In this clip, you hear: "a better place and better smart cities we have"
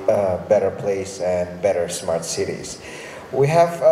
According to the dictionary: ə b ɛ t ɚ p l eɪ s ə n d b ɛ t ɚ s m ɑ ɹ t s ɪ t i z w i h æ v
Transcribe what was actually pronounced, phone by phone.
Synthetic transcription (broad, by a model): b ɛ t ɚ p l eɪ s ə n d b ɛ t ɚ s m ɑ ɹ t s ɪ t i z w i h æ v